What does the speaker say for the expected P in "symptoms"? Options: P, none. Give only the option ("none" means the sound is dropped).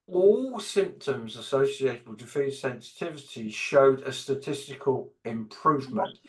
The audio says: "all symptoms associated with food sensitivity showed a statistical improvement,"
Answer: P